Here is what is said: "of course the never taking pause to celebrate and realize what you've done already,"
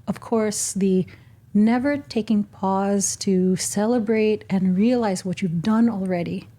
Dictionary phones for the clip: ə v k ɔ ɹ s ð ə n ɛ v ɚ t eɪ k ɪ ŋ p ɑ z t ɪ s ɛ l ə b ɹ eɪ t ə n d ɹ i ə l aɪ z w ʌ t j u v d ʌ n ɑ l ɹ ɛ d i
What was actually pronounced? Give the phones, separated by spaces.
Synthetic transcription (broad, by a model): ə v k ɔ ɹ s ð ə n ɛ v ɚ t eɪ k ɪ ŋ p ɑ z t ɪ s ɛ l ə b ɹ eɪ t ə n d ɹ i ə l aɪ z w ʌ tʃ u v d ʌ n l ɹ ɛ d i